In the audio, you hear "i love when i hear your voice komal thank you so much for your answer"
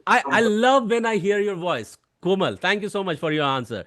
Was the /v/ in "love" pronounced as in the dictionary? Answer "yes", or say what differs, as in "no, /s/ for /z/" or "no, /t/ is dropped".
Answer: yes